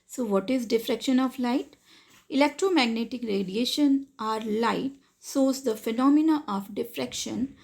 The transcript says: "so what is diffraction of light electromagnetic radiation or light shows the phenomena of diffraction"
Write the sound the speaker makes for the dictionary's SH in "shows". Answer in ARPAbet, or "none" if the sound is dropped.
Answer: S